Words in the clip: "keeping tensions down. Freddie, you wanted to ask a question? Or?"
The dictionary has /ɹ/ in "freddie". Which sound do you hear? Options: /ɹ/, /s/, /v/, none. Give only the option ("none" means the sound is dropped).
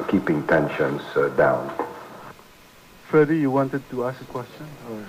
none